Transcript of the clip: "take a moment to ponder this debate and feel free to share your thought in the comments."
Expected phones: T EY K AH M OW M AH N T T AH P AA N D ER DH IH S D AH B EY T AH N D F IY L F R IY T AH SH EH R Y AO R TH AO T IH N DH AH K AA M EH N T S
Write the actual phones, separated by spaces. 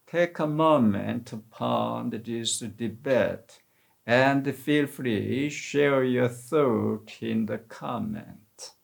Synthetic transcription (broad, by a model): T EY K AH M OW M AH N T T AH P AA N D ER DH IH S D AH B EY T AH N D F IY L F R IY SH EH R Y AO R TH AO T IH N DH AH K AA M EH N T